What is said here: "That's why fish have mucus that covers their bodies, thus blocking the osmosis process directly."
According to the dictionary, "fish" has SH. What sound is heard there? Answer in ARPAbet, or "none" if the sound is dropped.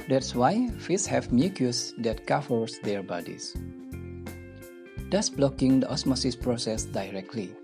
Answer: S